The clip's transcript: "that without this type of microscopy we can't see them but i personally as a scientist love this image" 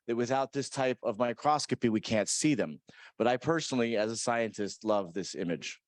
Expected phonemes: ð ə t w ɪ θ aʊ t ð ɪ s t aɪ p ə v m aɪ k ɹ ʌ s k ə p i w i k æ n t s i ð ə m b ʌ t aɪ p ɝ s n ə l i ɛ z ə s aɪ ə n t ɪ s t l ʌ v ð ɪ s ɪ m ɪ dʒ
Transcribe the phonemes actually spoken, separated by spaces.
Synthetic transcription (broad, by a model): ð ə t w ɪ θ aʊ t ð ɪ s t aɪ p ə v m aɪ k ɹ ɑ s k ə p i w i k æ n t s i ð ə m b ʌ t aɪ p ɝ s n l i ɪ z ə s aɪ ə n t ɪ s t l ʌ v ð ɪ s ɪ m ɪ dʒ